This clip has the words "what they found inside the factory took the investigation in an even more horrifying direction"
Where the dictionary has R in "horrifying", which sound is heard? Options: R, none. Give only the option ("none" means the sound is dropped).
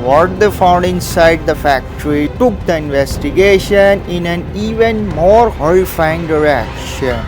none